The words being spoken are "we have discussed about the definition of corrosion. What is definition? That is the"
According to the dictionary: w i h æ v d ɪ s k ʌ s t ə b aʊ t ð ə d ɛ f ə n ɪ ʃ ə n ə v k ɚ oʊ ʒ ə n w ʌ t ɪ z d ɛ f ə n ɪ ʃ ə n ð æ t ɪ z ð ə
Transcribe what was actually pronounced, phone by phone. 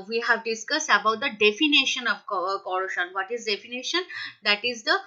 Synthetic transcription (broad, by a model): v i h æ v d ɪ s k ʌ s t ə b aʊ t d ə d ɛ f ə n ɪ ʃ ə n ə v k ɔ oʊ ʃ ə n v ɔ t ɪ z d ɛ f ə n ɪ ʃ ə n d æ t ɪ z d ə